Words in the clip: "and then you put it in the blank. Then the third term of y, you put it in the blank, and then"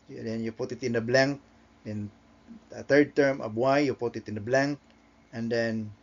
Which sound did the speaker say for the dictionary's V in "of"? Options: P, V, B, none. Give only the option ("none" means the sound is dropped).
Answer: B